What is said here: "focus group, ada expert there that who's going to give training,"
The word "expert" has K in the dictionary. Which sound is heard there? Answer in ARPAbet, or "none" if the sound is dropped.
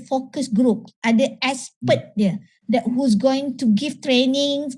none